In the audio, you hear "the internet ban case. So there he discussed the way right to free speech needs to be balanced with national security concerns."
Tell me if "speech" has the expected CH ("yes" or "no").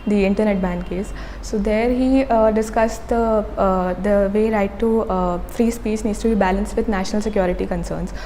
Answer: no